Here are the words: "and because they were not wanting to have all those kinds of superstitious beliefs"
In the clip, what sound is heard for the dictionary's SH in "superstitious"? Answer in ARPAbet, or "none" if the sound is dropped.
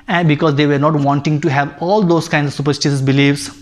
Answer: S